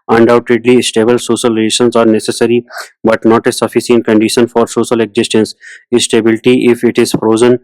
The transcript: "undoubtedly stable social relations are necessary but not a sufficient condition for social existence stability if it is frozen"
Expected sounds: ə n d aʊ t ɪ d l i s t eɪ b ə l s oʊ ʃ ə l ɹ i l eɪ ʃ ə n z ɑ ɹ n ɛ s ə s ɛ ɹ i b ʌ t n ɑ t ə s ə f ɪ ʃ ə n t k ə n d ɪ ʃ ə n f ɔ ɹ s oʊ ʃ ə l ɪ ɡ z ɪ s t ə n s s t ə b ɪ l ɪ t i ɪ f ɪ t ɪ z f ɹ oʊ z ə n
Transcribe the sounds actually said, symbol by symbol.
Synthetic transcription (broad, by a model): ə n d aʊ t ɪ d l i s t eɪ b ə l s oʊ ʃ ə l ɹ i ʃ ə n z ɑ ɹ n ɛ s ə s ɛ ɹ i b ʌ t n ɑ t ə s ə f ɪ s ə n k ə n d ɪ ʃ ə n f ɔ ɹ s oʊ ʃ ə l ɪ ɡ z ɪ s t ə n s s t ə b ɪ l ɪ t i ɪ f ɪ t ɪ z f ɹ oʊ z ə n